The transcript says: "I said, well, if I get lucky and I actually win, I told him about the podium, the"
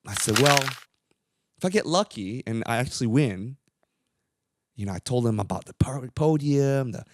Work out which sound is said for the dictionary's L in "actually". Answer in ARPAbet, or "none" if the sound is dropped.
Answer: W